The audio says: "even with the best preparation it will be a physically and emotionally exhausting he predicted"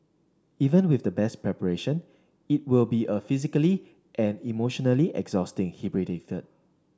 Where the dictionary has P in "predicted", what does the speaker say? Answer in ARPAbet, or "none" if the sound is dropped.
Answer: B